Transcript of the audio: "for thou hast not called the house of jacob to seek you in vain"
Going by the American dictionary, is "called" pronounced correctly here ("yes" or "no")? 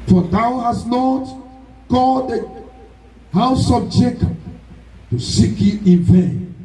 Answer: no